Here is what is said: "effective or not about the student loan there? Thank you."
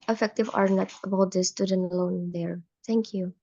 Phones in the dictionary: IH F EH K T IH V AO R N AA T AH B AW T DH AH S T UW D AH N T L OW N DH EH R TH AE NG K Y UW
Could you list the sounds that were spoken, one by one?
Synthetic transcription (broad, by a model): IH F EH K T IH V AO R N AA T AH B AW T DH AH S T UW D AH N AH L OW N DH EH R T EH NG K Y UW